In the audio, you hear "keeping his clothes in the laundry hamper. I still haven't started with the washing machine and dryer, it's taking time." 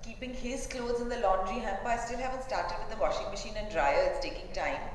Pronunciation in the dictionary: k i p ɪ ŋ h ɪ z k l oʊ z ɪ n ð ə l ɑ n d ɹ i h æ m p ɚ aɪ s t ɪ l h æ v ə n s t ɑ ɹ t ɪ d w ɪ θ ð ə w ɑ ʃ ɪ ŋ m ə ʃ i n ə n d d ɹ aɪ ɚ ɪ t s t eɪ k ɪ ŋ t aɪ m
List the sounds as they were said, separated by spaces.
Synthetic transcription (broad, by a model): k i p ɪ ŋ h ɪ z k l oʊ z ɪ n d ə l ɑ n d ɹ i h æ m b aɪ s t ɪ l h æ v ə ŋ s t ɑ ɹ t ɪ d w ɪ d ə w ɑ ʃ ɪ ŋ m ə ʃ i n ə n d d ɹ aɪ ɚ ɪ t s t eɪ k ɪ ŋ t aɪ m